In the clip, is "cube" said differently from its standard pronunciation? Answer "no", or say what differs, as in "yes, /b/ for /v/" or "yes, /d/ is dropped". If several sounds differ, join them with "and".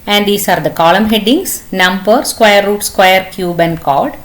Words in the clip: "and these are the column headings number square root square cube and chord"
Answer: no